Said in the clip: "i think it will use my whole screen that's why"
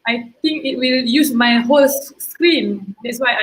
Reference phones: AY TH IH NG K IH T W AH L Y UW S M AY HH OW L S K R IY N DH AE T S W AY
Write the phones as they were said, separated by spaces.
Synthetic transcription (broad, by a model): AY T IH NG K IH T W AH L Y UW S M AY HH OW L S K R IY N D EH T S W AY